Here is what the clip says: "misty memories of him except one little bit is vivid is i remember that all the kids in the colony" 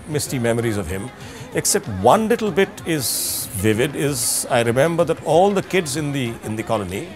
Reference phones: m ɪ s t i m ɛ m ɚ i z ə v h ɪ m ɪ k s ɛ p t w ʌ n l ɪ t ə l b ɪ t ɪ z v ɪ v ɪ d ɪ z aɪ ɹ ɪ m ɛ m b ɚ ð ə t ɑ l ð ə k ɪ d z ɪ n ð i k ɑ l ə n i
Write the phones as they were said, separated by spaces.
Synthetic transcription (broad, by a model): m ɪ s t i m ɛ m ɚ i z ə v h ɪ m ɪ k s ɛ p t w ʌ n l ɪ t l b ɪ t ɪ z v ɪ v ɪ d ɪ z aɪ ɹ ɪ m ɛ m b ɚ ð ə t ɑ l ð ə k ɪ d z ɪ n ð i k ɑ l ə n i